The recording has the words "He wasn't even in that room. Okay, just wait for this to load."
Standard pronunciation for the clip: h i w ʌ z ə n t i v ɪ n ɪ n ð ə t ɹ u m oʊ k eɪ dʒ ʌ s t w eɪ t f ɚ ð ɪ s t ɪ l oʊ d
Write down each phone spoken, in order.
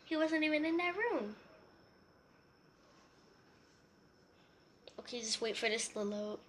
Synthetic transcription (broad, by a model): h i w ʌ z ə n t i v ɪ n ɪ n ð ə t ɹ u m oʊ k eɪ dʒ ʌ s t w eɪ t f ɚ ð ɪ s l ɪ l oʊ